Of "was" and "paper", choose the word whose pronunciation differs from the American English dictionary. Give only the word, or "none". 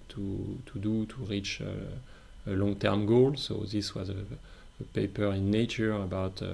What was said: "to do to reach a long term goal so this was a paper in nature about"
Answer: none